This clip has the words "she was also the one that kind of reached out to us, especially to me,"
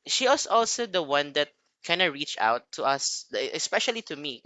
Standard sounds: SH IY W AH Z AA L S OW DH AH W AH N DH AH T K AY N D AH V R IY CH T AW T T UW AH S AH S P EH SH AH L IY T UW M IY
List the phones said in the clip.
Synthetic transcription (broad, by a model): SH IY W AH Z AA L S OW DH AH W AH N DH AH T K AY N D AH R IY CH AW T T UW AH S AH S P EH SH AH L IY T UW M IY